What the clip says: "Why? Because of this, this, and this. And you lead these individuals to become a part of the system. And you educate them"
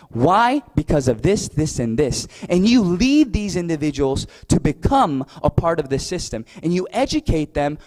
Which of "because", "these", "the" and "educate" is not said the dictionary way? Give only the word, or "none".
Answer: none